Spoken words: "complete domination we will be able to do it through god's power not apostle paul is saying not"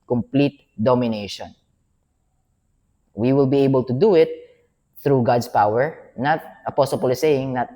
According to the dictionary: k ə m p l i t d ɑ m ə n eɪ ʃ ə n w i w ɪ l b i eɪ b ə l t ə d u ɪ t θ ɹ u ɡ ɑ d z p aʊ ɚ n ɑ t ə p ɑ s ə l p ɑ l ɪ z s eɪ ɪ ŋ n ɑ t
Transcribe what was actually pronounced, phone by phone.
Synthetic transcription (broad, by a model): k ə m p l i t d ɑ m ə n eɪ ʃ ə n w i w ɪ l b i eɪ b ə l t ə d u ɪ t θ ɹ u ɡ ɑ d s p aʊ ɚ n ɑ t ə p ɑ s ə l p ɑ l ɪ s eɪ ɪ ŋ n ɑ t